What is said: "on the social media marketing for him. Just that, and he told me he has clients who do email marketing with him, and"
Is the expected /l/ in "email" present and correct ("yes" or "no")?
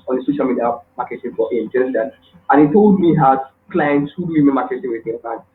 no